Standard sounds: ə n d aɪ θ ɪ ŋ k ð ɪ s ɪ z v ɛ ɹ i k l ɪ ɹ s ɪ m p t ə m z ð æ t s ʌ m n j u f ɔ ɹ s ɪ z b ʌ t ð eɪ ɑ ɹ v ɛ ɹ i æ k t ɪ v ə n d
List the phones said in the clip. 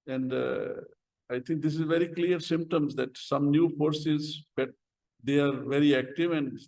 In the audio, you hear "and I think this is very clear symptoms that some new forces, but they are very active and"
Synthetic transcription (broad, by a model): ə n d aɪ t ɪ ŋ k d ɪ s ɪ z v ɛ ɹ i k l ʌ ɹ s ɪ m p t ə m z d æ t s ʌ m n j u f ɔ ɹ s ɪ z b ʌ t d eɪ ɑ ɹ v ɛ ɹ i æ k t ɪ v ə n d